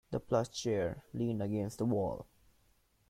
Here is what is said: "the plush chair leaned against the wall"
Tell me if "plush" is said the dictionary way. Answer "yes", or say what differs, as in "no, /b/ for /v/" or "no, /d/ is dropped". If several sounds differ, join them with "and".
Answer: no, /s/ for /ʃ/